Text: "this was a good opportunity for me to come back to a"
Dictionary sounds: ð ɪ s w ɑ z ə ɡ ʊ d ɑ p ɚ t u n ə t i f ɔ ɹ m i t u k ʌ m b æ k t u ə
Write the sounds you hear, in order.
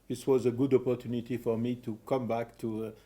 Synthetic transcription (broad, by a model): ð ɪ s w ɑ z ə ɡ ʊ d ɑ p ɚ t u n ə t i f ɔ ɹ m i t u k ʌ m b æ k t u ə